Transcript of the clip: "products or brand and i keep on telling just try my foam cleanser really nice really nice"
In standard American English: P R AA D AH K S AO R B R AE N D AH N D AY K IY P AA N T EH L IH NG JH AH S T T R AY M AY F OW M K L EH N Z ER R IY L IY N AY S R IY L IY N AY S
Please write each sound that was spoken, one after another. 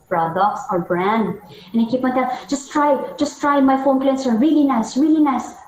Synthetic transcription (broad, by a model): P R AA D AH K S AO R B R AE N D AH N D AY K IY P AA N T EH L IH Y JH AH S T T R AY M AY F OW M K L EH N S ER R IY L IY N AY S R IY L IY N AY S